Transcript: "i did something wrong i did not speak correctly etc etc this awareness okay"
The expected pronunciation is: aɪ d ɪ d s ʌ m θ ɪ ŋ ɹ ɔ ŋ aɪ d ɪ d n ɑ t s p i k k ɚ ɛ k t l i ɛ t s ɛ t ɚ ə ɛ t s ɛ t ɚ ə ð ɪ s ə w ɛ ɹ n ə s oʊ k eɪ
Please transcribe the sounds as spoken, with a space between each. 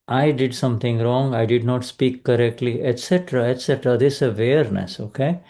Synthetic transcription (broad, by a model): aɪ d ɪ d s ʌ m t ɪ ŋ ɹ ɔ ŋ aɪ d ɪ d n ɑ t s p i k k ɚ ɛ k t l i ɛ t s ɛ t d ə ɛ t s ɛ t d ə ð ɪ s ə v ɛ ɹ n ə s oʊ k eɪ